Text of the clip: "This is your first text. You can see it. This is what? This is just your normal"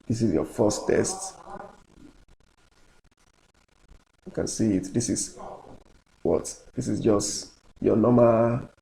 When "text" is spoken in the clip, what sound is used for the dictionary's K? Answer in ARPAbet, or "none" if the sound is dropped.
none